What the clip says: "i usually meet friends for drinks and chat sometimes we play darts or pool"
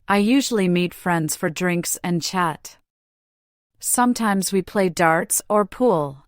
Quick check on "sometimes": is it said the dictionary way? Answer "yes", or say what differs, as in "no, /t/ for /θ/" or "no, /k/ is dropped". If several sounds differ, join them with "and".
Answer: yes